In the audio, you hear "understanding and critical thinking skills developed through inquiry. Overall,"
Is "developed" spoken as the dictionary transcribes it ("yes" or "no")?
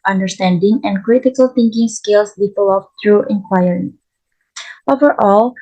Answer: no